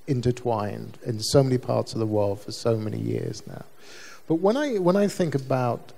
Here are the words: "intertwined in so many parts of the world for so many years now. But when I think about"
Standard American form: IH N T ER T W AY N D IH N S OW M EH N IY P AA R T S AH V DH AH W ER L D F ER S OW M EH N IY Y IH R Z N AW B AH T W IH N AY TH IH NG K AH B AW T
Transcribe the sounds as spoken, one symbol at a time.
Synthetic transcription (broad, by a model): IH N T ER T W AY N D IH N S OW M EH N IY P AA R T S AH V DH AH W ER L D F ER S OW M EH N IY Y IH R Z N AW B AH T W IH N AY TH IH NG K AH B AW T